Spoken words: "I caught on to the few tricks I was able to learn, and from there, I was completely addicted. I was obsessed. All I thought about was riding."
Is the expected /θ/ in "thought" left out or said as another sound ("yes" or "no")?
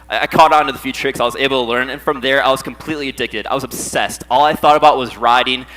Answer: no